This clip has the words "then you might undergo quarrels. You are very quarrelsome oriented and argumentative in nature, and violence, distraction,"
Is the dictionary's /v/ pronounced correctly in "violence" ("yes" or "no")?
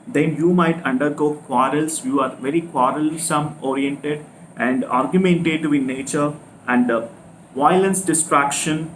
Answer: yes